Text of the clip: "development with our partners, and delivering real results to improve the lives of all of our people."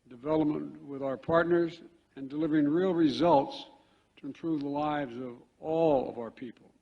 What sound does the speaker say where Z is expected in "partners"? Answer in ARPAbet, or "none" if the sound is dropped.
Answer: Z